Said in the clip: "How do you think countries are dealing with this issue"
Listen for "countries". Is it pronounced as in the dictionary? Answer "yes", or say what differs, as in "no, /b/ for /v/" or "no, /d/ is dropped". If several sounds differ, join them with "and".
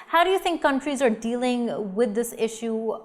yes